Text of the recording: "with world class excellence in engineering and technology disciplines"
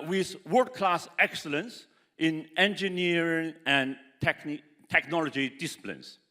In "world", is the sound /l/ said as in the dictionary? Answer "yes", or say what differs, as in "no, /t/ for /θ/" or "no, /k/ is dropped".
no, /l/ is dropped